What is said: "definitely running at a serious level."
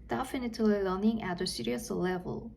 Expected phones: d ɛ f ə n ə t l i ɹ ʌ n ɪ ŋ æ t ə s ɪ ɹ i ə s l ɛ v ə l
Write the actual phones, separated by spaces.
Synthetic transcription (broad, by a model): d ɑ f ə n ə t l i l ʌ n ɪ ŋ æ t ə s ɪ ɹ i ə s l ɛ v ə l